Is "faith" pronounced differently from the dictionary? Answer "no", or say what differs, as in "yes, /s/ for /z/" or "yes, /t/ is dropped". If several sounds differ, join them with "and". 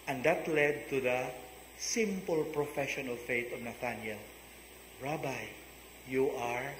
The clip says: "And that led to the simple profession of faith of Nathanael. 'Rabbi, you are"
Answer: yes, /t/ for /θ/